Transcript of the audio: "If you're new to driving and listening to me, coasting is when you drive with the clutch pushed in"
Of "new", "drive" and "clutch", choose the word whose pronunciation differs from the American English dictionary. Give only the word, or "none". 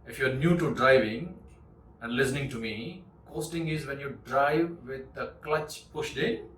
none